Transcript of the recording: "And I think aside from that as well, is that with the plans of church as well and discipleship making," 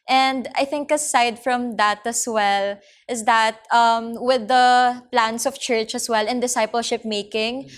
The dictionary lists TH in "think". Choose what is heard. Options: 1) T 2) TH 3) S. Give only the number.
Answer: 2